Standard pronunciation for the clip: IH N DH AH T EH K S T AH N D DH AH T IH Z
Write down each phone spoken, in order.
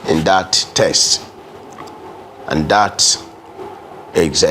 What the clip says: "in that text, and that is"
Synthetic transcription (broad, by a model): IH N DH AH T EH S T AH N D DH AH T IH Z